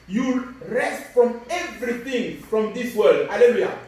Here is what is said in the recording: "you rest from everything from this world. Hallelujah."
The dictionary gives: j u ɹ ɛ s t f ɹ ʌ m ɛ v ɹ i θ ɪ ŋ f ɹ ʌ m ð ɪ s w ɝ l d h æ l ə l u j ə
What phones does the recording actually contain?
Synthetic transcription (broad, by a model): j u ɹ ɛ s t f ɹ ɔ m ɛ v ɹ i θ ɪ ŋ f ɹ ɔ m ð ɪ s w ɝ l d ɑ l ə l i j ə